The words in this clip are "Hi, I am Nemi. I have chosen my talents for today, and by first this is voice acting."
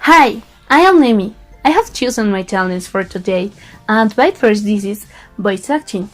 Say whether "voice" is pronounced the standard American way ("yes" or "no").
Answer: no